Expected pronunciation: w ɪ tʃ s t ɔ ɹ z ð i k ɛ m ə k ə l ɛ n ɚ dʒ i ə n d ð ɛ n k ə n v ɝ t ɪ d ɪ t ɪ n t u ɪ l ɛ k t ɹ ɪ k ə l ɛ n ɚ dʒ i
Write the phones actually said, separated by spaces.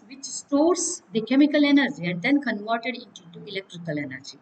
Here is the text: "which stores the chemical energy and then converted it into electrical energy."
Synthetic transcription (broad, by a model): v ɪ tʃ s t ɔ ɹ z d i k ɛ m ə k ə l ɛ n ɚ dʒ i ə n d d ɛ n k ə n v ɝ t ɪ d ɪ t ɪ t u ɪ l ɛ k t ɹ ɪ k ə l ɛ n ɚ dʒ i